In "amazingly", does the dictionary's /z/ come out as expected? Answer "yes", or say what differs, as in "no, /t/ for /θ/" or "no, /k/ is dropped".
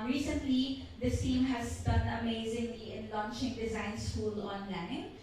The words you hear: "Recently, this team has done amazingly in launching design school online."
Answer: yes